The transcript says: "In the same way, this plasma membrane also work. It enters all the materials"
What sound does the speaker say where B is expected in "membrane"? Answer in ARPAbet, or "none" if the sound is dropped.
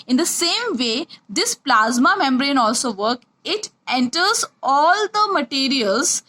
B